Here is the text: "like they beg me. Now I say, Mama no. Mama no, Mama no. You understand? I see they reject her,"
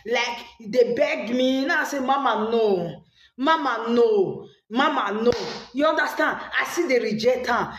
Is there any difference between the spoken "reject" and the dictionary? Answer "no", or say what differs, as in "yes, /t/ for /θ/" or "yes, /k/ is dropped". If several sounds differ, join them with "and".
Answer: yes, /k/ is dropped